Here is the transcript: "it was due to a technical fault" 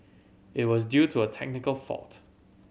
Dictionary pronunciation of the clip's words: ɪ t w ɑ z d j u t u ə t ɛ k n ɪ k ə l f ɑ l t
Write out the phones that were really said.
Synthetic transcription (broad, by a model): ɪ t w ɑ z d j u t u ə t ɛ k n ɪ k ə l f ɑ l t